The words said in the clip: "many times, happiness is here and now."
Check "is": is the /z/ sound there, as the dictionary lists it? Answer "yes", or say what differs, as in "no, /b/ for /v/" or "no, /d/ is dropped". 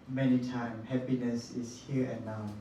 no, /s/ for /z/